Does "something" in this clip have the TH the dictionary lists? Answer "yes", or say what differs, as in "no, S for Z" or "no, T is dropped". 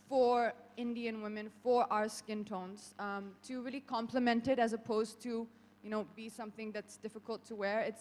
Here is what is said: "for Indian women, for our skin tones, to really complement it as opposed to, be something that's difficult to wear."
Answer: yes